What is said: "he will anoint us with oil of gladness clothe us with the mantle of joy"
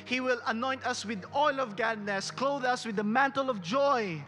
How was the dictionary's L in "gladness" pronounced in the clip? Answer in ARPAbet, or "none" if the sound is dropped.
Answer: none